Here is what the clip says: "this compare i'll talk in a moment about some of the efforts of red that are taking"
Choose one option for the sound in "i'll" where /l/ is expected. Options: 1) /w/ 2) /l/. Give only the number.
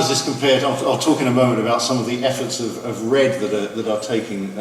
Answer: 2